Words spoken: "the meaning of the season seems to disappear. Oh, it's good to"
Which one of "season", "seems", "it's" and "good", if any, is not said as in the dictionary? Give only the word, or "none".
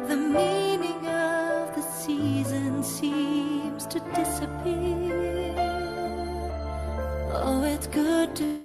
none